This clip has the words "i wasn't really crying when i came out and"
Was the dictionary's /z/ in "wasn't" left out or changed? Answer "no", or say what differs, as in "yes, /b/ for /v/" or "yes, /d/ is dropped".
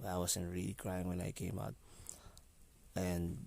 yes, /s/ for /z/